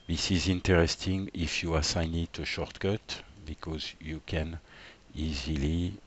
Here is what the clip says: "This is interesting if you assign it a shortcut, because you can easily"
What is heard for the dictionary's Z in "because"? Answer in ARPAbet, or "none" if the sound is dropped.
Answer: Z